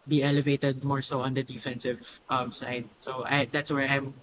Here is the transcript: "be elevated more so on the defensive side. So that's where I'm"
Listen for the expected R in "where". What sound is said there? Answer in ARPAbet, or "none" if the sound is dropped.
R